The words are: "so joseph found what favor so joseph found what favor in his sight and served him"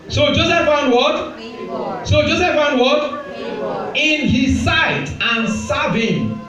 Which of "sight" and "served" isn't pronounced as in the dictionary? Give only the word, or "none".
served